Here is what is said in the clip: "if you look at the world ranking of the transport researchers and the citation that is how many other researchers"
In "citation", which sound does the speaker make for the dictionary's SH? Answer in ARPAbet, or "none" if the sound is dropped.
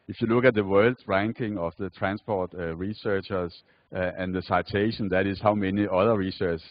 SH